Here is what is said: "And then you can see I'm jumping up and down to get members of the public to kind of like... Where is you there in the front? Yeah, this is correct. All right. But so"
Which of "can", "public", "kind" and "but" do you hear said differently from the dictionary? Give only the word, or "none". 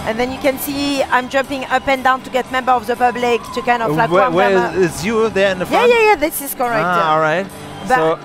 none